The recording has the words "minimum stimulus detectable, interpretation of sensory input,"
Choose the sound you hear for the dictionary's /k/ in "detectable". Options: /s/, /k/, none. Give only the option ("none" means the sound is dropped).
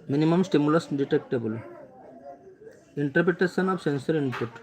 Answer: /k/